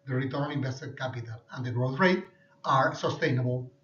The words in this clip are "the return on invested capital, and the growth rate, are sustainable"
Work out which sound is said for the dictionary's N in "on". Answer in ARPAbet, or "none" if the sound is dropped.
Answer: L